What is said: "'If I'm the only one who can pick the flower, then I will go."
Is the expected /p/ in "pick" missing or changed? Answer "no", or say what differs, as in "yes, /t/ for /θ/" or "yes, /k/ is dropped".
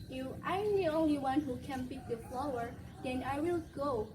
yes, /b/ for /p/